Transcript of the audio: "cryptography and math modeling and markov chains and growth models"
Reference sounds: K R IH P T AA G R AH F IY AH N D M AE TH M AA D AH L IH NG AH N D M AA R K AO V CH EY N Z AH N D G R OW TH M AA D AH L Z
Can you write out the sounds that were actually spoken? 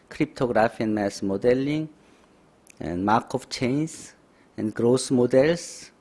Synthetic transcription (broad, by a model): K R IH P T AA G R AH F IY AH N M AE S M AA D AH L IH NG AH N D M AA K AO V CH EY N S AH N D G R OW S M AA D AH L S